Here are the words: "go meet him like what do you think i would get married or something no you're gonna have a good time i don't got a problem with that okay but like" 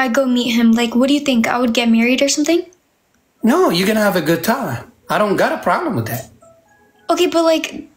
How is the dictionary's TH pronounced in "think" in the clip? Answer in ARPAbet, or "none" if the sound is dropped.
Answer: TH